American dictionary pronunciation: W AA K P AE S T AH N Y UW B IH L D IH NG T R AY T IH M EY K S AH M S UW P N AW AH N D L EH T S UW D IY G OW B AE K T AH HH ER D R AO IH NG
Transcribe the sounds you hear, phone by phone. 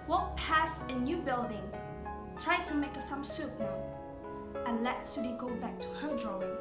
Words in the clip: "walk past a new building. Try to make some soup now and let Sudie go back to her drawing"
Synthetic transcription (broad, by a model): W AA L P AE S AH N Y UW B IH L D IH NG T R AY T IH M EY K S AH M S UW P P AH N L EH T S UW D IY G OW B AE K T AH HH ER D R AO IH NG